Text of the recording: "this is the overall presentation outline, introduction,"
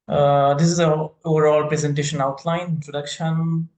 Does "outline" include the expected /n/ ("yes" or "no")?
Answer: no